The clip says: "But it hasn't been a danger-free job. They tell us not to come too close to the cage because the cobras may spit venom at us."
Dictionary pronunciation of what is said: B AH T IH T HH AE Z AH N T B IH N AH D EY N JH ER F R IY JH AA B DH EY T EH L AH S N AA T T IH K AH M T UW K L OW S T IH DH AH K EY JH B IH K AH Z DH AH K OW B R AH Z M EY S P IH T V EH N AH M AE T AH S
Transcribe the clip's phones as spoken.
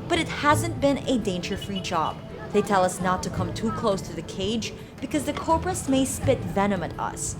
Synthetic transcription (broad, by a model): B AH T IH T HH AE Z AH N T B IH N AH D EY N JH ER F R IY JH AA B DH EY T EH L AH S N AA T T IH K AH M T UW K L OW S T IH DH AH K EY JH B IH K AH Z DH AH K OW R R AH S M EY S P IH T V EH N AH M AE T AH S